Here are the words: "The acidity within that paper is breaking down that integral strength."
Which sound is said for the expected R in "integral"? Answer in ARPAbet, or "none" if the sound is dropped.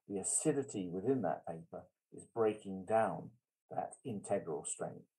R